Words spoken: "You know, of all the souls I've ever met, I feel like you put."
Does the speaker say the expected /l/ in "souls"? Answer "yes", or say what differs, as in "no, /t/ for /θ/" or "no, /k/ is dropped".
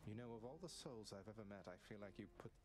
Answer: yes